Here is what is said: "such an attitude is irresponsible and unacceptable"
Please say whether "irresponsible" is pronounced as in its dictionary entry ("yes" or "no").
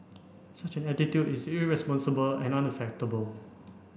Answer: yes